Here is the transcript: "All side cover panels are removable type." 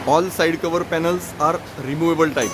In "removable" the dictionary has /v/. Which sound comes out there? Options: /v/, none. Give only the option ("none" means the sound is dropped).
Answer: /v/